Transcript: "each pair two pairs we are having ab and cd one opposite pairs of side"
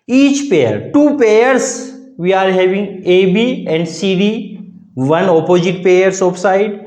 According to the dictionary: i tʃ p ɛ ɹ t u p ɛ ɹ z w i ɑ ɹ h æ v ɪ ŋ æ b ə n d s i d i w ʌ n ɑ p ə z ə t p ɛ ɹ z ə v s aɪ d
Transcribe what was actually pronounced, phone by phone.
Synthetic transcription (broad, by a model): i tʃ p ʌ ɹ t u p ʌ ɹ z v i ɑ ɹ h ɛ v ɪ ŋ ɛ b ə n d s i d i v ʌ n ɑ p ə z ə t p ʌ ɹ s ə p s aɪ d